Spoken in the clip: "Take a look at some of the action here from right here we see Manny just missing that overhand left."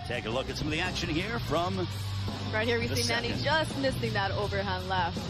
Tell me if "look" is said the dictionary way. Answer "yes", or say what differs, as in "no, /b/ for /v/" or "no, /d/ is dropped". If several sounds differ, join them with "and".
yes